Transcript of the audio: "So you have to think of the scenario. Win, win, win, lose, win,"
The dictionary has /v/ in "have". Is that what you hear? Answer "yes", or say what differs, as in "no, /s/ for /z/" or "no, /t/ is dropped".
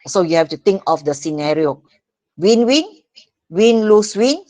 no, /f/ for /v/